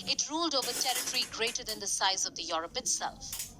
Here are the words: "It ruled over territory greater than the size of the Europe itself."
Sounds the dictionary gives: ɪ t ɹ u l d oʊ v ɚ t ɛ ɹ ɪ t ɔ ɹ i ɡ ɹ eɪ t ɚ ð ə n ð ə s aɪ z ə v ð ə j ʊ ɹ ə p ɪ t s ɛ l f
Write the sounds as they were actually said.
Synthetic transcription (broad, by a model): ɪ t ɹ u l d oʊ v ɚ t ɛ ɹ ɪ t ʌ ɹ i ɡ ɹ eɪ t ɚ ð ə n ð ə s aɪ z ə v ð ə j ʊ ɹ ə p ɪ t s ɛ l f